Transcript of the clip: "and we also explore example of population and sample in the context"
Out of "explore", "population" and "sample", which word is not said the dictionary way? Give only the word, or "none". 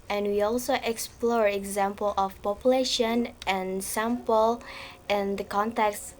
none